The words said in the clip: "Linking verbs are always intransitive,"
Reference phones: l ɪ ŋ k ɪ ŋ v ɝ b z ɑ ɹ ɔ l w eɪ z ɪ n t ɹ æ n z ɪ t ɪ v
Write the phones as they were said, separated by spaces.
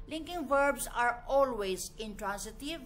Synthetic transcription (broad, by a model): l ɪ ŋ k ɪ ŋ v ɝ b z ɑ ɹ ɔ l w eɪ z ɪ n t ɹ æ n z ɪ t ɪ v